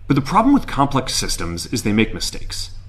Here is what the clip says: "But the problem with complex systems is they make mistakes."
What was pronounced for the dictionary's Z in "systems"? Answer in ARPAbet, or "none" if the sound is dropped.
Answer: Z